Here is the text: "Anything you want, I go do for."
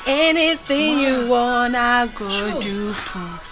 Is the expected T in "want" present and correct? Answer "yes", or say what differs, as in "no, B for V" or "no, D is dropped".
no, T is dropped